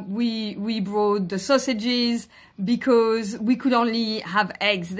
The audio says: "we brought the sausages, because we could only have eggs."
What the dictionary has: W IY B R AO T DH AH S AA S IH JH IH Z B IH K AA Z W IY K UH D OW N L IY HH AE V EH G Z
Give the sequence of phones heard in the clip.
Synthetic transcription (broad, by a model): W IY B R AO T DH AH S AA S IH JH IH Z B IH K AA Z W IY K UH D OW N L IY HH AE V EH G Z